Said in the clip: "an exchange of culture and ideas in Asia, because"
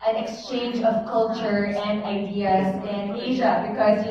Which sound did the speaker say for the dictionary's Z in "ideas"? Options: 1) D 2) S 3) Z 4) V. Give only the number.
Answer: 3